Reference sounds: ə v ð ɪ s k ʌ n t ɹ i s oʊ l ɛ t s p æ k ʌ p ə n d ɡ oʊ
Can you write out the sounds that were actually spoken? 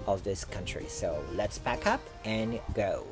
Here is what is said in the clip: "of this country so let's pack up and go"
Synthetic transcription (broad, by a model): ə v ð ɪ s k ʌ n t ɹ i s oʊ l ɛ t s b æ k ʌ p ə n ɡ oʊ